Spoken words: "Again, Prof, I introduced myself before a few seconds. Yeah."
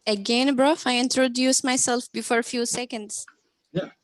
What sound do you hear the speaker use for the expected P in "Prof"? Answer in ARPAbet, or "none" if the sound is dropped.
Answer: B